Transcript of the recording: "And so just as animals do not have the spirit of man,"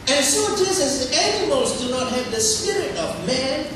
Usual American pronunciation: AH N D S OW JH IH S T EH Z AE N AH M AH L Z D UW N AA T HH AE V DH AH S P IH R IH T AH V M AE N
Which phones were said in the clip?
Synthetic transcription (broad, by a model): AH N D S OW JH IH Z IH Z AE N AH M AH L Z D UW N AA T HH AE V DH AH S P IH R IH T AH V M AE N